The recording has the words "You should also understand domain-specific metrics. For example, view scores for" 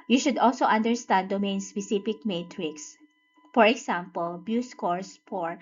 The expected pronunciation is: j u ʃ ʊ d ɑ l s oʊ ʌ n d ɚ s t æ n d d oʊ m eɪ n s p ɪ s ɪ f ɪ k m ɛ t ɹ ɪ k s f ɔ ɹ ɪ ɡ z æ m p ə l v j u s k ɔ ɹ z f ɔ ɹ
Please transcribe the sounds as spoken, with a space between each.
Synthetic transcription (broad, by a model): j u ʃ ʊ d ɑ l s oʊ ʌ n d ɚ s t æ n d d oʊ m eɪ n s p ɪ s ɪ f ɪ k m ɛ t ɹ ɪ k s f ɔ ɹ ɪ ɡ s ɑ m p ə l b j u s k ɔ ɹ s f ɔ ɹ